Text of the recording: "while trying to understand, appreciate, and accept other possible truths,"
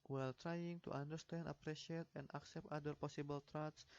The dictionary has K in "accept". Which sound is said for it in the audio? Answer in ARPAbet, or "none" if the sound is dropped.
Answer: K